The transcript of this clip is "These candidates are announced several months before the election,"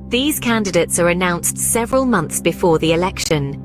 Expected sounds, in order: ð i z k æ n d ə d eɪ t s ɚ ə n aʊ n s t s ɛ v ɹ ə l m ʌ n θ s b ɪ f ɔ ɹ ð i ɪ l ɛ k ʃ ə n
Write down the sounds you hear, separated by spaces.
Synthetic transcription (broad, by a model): ð i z k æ n d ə d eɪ t s ɚ ə n aʊ n s t s ɛ v ɹ ə l m ʌ n θ s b ɪ f ɔ ð i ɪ l ɛ k ʃ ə n